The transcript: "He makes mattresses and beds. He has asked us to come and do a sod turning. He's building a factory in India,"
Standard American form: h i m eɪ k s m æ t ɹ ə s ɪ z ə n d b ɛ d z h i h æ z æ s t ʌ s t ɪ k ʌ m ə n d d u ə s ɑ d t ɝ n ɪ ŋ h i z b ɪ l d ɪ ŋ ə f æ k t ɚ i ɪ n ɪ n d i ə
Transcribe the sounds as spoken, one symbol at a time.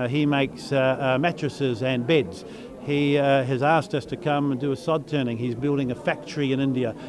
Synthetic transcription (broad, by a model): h i m eɪ k s m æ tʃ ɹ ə s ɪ z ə n b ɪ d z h i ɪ z æ s t ʌ s t ɪ k ʌ m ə n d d ə s ɑ d t ɝ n ɪ ŋ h i z b ɪ l d ɪ ŋ ə f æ k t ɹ i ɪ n ɪ n d i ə